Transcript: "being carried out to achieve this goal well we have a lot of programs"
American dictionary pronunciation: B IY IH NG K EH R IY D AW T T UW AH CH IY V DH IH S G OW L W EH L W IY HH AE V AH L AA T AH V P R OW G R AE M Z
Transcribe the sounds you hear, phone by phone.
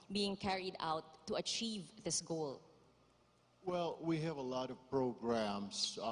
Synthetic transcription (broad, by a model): B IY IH NG K EH R IY D AW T T UW AH CH IY V DH IH S G OW L W EH L W IY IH V AH L AA T AH V P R OW G R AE M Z